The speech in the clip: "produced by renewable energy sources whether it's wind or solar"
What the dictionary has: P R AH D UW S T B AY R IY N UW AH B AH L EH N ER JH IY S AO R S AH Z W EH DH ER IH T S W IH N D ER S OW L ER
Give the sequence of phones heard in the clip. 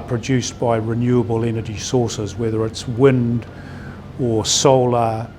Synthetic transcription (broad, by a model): P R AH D UW S B AY R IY N UW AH B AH L EH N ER JH IY S AO R S AH Z W EH DH ER IH T S W IH N D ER S OW L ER